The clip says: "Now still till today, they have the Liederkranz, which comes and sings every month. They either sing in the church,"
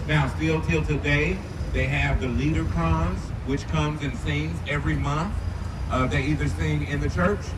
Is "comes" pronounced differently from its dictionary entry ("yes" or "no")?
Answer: no